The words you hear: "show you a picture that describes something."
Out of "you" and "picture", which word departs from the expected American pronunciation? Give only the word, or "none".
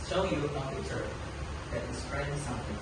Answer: picture